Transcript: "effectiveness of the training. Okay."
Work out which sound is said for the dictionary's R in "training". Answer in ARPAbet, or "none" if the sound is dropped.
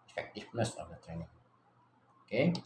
R